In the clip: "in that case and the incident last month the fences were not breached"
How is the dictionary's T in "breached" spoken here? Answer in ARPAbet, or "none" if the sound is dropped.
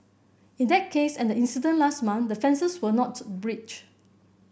none